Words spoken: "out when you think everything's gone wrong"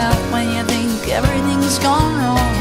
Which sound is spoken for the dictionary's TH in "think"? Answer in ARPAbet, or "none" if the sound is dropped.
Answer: TH